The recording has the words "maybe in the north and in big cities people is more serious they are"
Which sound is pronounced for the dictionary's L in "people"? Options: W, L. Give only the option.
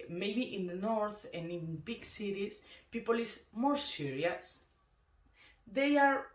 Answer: L